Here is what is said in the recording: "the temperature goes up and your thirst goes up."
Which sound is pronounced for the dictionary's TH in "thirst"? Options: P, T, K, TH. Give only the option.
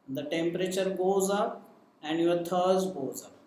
T